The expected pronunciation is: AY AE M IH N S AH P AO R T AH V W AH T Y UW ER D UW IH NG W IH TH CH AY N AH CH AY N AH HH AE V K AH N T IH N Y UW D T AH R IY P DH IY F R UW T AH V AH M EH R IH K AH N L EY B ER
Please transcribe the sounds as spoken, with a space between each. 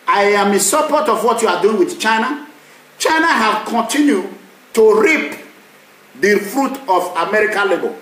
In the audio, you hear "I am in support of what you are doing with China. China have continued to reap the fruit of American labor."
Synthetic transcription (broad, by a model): AY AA M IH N S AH P AO T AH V W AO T Y UW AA D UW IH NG W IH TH CH AY N AH CH AY N AH HH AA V K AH N T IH N Y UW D T AH R IY P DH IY F R UW T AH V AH M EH R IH K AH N L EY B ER